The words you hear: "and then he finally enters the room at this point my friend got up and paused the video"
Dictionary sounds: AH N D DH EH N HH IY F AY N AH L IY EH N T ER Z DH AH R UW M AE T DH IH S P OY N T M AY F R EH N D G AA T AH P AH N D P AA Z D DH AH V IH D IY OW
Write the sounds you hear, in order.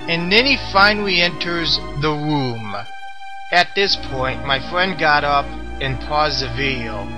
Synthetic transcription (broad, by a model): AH N DH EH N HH IY F AY N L IY EH N T ER Z DH AH R UW M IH T DH IH S P OY N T M AY F R EH N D G AA T AH P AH N P AA Z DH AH V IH D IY OW